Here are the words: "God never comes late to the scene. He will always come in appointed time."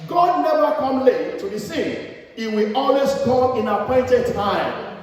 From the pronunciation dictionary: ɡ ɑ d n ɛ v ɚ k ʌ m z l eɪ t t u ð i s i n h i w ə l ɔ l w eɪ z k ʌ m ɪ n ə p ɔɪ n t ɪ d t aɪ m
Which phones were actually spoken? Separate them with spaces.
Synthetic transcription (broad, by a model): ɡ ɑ d n ɛ v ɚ k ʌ m l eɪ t t u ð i s i n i w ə ɔ l w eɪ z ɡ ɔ ɪ n ə p ɔɪ n t ɪ d t aɪ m